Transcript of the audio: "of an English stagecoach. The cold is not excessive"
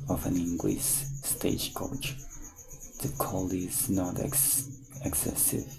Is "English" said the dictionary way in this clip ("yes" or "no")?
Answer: no